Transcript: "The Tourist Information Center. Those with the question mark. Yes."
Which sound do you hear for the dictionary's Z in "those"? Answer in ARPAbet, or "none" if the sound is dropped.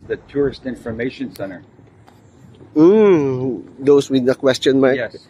S